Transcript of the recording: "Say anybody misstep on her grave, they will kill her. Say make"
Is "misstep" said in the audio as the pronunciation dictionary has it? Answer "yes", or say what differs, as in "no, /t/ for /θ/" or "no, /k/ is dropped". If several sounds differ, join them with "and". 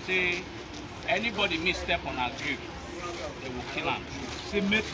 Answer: yes